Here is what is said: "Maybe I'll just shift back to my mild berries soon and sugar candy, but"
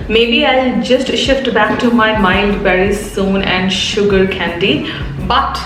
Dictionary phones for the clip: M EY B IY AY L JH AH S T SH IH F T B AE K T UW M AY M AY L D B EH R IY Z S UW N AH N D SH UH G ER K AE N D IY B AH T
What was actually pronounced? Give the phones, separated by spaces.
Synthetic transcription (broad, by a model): M EY B IY AY L JH AH S T SH IH F T B AE K T UW M AY M AY N D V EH R IY S UW N AH N D SH UH G ER K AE N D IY B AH T